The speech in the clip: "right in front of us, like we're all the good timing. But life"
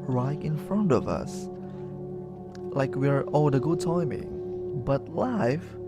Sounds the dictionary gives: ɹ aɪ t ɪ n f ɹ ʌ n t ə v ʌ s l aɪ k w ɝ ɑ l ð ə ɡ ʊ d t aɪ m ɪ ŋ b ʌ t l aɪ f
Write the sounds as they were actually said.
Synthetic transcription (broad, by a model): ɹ aɪ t ɪ n f ɹ ʌ n t ə v ʌ s l aɪ k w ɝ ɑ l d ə ɡ ʊ d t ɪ m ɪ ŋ b ʌ t l aɪ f